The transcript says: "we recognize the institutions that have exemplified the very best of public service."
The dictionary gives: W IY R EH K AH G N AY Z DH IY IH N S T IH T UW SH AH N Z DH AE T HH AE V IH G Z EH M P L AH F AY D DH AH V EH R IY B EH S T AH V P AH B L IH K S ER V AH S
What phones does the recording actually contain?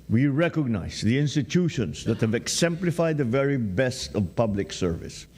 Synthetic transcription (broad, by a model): W IY R EH K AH G N AY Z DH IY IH N S T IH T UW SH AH N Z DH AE T HH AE V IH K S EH M P L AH F AY D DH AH V EH R IY B EH S T AH V P AH B L IH K S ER V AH S